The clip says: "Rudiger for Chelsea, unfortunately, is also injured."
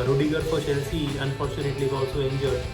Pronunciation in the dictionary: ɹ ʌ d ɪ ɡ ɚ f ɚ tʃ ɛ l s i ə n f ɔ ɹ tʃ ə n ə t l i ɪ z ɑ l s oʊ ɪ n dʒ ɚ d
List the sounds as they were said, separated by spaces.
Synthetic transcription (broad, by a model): ɹ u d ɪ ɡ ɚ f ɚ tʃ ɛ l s i ə n f ɔ ɹ tʃ ə n ə t l i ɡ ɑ s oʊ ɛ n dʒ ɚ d